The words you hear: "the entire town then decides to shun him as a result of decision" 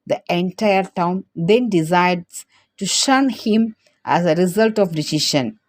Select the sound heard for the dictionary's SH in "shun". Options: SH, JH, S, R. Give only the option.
SH